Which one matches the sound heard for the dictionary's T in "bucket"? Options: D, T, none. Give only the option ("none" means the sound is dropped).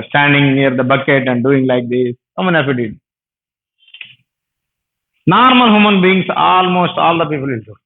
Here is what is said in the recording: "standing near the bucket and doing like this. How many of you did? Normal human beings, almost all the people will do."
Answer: T